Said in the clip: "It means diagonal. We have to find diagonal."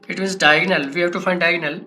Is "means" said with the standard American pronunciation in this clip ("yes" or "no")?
no